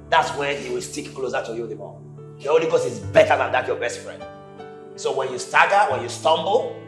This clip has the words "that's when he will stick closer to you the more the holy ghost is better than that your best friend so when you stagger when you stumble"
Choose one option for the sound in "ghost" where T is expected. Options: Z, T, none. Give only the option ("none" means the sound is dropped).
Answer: none